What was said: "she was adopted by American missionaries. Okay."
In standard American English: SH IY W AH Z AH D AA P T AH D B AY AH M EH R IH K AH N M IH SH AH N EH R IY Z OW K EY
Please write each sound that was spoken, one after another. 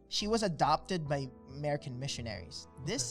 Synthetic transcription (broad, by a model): SH IY W AH Z AH D AA P T AH D B AY AH M EH R IH K AH N M IH SH AH N EH R IY Z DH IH